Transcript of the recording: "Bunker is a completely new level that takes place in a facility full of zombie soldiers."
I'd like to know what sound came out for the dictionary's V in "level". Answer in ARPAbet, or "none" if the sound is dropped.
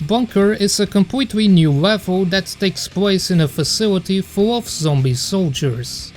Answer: V